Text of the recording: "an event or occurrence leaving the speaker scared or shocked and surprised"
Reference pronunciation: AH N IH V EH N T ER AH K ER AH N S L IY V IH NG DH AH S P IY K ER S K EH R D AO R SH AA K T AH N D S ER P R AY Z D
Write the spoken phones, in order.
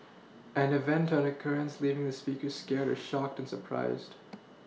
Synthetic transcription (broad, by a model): AH N IH V EH N T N AH K ER AH N S L IY V IH NG DH AH S P IY K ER S K EH R D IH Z SH AA K T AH N S ER P R AY Z D